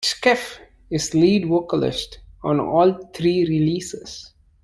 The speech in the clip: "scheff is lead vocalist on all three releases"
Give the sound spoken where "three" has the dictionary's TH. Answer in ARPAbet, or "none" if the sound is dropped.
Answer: T